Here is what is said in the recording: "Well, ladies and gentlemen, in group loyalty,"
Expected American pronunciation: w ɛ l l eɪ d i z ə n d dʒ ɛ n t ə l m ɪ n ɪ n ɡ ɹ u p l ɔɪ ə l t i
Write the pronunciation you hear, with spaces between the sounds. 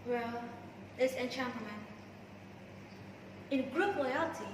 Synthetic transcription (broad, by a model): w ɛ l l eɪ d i s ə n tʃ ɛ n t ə m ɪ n ɪ n ɡ ɹ u p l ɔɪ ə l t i